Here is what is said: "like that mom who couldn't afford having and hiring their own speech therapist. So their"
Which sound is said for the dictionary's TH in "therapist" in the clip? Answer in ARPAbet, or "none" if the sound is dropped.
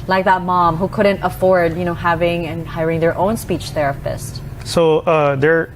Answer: TH